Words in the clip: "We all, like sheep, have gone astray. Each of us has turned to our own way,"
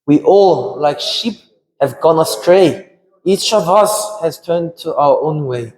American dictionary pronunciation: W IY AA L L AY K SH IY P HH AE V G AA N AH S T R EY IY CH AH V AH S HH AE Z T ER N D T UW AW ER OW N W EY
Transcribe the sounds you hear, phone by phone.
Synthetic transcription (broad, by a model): W IY AA L L AY K SH IY P HH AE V G AA N AH S T R EY IY CH AH V AH S HH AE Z T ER N T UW AW ER OW N W EY